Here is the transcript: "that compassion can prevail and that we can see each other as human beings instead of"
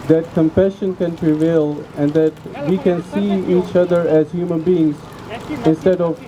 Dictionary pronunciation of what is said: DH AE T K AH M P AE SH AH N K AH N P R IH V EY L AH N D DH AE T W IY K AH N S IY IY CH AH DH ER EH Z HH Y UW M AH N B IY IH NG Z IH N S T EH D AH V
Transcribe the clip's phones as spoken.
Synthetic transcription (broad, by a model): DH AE T K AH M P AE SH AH N K AH N P R IH V EY L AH N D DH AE T W IY K AH N S IY IY CH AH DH ER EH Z HH Y UW M AH N B IY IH NG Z IH N S T EH D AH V